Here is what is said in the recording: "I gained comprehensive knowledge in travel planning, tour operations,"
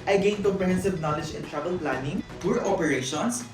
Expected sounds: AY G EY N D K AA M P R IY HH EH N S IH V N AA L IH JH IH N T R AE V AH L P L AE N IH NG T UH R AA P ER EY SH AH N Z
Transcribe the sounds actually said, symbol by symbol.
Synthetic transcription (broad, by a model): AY G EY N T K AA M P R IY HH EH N S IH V N AA L IH JH IH N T R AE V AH L P L AE N IH NG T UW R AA P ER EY SH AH N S